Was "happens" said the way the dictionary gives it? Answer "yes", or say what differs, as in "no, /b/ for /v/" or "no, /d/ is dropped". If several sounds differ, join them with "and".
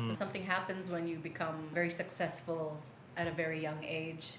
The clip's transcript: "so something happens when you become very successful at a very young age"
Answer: yes